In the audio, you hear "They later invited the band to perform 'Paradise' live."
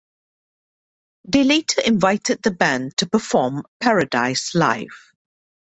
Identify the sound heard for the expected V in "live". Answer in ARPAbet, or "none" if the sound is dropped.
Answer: F